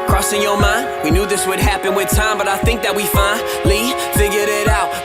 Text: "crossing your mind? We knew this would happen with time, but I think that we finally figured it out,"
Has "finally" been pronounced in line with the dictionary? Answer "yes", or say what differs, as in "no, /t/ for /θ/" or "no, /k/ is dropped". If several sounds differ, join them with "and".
no, /n/ is dropped